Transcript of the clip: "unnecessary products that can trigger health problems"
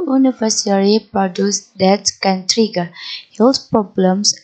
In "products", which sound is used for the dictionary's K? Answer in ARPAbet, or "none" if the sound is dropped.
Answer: none